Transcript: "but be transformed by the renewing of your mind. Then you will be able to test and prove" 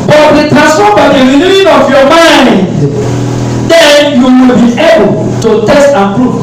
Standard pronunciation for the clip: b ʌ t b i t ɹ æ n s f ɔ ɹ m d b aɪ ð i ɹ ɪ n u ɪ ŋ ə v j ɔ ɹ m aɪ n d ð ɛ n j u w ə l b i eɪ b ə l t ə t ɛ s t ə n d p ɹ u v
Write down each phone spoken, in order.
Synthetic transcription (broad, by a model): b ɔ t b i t æ s ɔ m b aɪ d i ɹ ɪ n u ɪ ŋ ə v j ɔ m aɪ n d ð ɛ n j u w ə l b i eɪ b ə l t ə t ɛ s t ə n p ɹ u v